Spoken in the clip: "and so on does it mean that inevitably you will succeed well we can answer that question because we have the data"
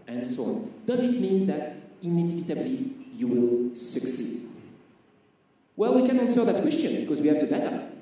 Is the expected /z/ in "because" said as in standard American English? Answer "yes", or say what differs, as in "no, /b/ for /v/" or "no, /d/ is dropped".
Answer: yes